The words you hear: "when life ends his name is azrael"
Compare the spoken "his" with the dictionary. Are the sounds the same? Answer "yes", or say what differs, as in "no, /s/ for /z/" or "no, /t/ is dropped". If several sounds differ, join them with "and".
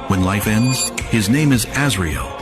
yes